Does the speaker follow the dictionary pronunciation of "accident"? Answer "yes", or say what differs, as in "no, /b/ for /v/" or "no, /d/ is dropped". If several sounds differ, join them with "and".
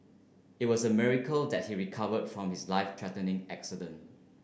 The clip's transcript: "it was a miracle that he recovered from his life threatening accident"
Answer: yes